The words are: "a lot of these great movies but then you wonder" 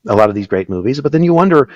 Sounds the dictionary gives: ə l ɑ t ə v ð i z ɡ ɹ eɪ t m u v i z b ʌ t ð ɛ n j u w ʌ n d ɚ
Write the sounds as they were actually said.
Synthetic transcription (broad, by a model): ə l ɑ t ə v ð i z ɡ ɹ eɪ t m u v i z b ʌ t ð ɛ n j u w ʌ n d ɚ